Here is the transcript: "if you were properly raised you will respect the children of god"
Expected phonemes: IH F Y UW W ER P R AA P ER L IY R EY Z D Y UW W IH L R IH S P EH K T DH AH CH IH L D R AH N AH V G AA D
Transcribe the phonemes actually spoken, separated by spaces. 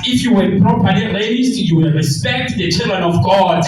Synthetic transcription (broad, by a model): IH F Y UW W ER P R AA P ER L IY L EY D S Y UW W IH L R IH S P EH K T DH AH CH IH L D R AH N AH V G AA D